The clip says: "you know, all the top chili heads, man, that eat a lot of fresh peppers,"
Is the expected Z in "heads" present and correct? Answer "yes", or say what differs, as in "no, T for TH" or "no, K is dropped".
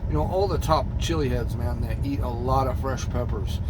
yes